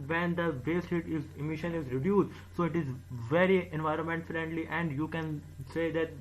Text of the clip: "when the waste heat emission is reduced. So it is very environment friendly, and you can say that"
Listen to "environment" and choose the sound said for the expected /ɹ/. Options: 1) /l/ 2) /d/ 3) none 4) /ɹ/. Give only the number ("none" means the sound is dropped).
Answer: 4